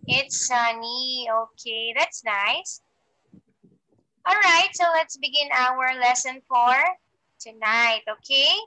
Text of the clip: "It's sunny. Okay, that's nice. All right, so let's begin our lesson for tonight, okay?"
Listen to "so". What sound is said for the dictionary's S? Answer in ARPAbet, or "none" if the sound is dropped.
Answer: S